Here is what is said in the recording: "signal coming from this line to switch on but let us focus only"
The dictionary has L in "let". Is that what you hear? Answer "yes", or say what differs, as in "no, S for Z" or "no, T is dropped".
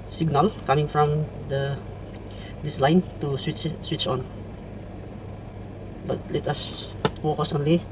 yes